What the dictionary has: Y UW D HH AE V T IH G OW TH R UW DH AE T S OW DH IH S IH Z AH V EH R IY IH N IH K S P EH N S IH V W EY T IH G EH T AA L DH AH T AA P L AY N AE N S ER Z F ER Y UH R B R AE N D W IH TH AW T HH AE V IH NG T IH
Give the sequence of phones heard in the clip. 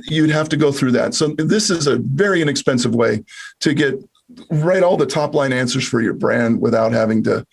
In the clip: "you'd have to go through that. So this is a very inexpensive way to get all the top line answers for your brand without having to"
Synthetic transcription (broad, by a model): Y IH D HH AE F T IH G OW TH R UW DH AE T S OW DH IH S IH Z AH V EH R IY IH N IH K S P EH N S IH V W EY T IH G EH T AA L DH AH T AA P L AY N AE N S ER Z F ER Y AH R B R AE N D W IH TH AW T HH AE V IH NG T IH